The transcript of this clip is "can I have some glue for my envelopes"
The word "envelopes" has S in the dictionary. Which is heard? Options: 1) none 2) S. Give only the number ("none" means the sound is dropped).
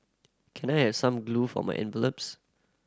2